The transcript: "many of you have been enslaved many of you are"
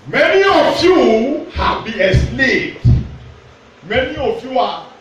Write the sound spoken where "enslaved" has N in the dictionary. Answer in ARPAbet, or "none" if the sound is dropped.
none